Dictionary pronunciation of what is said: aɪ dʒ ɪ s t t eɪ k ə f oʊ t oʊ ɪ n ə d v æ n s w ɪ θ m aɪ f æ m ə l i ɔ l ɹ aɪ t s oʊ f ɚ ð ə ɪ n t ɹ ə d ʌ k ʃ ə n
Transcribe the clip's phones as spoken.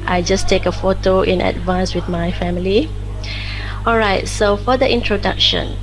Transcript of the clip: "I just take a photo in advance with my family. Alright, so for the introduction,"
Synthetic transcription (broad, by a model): aɪ dʒ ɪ s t t eɪ k ə f oʊ t oʊ ɪ n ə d v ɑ n s w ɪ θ m aɪ f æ m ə l i ɔ l ɹ aɪ t s oʊ f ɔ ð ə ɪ n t ɹ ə d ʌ k ʃ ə n